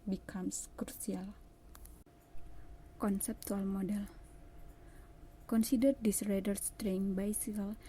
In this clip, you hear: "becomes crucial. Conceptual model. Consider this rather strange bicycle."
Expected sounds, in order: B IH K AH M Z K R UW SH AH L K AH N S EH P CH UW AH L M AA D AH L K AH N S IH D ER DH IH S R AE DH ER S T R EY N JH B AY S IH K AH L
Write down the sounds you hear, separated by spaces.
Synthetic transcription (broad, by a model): B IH K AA M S K R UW S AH L K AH N S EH P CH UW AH L M AA D AH L K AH N S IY D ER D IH S R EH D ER S T R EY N B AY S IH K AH L